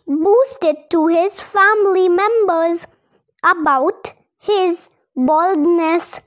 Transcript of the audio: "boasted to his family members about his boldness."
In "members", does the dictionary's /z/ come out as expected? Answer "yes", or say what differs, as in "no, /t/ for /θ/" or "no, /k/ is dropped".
yes